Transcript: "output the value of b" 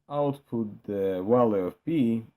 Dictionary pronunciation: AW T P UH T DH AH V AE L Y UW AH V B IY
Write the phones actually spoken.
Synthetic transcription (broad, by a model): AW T P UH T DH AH W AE L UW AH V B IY